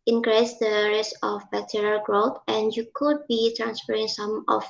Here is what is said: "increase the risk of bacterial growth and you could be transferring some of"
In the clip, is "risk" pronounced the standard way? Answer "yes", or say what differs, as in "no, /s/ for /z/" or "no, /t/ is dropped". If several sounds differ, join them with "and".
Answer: no, /k/ is dropped